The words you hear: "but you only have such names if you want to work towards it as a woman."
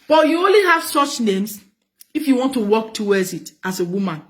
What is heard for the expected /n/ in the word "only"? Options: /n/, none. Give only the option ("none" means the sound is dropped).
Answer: /n/